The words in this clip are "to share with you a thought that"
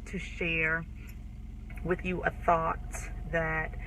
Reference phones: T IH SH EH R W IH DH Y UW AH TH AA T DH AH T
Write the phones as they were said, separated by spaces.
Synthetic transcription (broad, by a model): T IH SH EH R W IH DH Y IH AH TH AA T DH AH T